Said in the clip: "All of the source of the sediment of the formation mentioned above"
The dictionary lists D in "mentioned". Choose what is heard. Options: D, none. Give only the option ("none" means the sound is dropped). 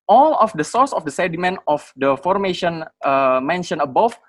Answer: none